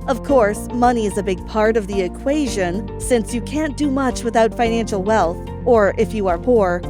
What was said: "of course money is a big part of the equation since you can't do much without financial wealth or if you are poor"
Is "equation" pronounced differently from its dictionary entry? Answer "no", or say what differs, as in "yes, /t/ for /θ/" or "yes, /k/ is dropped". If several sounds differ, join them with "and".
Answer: no